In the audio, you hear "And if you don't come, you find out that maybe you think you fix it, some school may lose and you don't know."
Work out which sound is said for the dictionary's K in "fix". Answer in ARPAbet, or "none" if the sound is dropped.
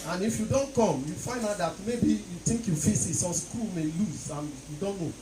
none